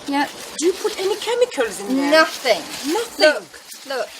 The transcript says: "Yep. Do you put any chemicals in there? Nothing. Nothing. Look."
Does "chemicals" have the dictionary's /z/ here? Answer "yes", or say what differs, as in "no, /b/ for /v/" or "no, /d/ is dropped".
yes